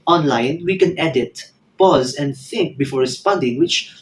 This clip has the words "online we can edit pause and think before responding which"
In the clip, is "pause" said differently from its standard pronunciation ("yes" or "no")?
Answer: no